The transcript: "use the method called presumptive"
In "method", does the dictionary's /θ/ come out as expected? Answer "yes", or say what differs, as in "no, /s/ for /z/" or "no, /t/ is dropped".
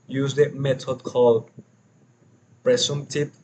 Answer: no, /t/ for /θ/